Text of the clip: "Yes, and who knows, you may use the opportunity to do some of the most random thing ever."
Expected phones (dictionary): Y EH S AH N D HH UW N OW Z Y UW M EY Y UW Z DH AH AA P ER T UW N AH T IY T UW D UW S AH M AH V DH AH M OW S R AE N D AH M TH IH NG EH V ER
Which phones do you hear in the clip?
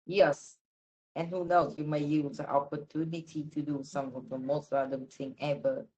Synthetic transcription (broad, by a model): Y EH S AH N HH UW N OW S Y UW M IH Y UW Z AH AA P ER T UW N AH T IY T UW D UW S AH M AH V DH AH M OW S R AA D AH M T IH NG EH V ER